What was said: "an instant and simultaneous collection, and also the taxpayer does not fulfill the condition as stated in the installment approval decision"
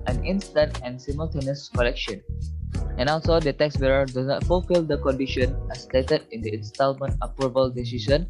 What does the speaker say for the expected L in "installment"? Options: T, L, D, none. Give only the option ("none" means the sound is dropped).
L